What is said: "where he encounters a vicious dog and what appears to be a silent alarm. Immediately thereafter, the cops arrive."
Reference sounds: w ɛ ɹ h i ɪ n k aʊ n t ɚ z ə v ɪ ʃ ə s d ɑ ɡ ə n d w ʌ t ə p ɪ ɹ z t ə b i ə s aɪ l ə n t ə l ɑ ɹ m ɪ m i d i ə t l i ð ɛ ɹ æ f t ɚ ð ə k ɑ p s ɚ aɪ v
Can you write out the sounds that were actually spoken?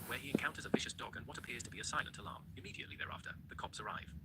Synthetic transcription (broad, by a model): w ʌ ɹ i ɪ n k aʊ n t ɚ z ə v ɪ ʃ ə s d ɑ ɡ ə n w ʌ t ə p ɪ ɹ z t ə b i ə s aɪ l ə n t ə l ɑ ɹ m ɪ m i d i ə t l i ð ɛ ɹ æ f t ɚ ð ə k ɑ p s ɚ aɪ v